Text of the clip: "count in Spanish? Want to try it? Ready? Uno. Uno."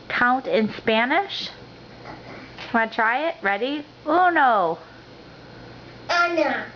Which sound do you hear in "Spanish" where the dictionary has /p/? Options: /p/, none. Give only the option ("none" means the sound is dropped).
/p/